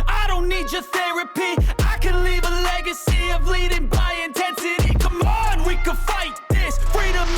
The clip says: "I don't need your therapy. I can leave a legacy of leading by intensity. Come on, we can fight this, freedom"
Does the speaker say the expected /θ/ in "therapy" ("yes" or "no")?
yes